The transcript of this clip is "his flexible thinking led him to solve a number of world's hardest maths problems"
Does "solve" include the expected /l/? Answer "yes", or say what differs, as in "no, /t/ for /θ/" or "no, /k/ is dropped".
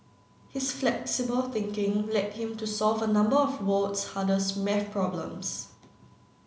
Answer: yes